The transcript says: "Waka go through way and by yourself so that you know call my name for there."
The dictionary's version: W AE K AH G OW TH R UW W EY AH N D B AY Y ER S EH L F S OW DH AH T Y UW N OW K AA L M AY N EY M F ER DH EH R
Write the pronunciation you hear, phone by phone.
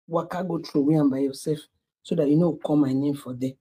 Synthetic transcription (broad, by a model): W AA K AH G OW T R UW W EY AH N B AY Y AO S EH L F S OW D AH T Y UW N OW K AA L M AY N EY M F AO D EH